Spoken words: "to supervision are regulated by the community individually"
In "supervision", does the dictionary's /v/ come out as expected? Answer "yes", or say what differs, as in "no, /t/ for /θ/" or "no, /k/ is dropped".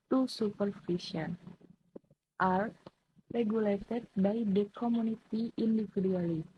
no, /f/ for /v/